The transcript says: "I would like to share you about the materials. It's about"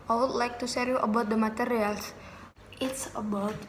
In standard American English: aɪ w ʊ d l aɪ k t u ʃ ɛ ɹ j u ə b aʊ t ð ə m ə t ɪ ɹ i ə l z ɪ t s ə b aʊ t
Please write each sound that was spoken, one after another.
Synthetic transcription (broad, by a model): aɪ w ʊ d l aɪ k t u s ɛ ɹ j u ə b aʊ t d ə m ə t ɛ ɹ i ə l s ɪ t s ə b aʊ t